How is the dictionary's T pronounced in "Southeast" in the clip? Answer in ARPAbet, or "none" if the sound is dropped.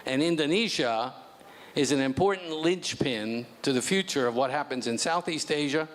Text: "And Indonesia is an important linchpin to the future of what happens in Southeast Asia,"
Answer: T